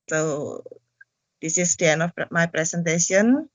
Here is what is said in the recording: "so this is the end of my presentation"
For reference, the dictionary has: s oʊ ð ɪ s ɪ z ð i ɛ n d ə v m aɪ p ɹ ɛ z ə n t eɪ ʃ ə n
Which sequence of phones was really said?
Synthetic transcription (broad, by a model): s oʊ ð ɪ s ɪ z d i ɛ n ə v m aɪ p ɹ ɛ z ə n t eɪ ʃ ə n